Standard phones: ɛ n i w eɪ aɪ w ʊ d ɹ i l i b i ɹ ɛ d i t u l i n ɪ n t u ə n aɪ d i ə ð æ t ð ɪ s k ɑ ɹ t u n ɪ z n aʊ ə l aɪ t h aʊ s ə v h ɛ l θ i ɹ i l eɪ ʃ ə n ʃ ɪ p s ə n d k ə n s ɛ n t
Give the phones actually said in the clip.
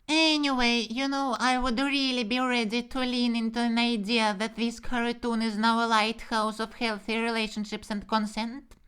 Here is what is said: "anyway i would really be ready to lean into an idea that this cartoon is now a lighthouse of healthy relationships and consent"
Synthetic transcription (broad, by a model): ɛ n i w eɪ aɪ w ʊ d ɹ i l i b i ɹ ɛ d i t u l i n ɪ n t u ə n aɪ d i ə ð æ t ð ɪ s k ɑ ɹ t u n ɪ z n aʊ ə l aɪ t h aʊ s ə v h ɛ l θ i ɹ i l eɪ ʃ ə n ʃ ɪ p s ə n d k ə n s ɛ n t